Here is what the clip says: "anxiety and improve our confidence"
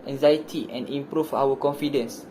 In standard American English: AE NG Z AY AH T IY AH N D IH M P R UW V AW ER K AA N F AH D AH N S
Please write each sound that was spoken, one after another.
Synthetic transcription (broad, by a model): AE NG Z AY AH T IY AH N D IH M P R UW F AW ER K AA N F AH D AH N S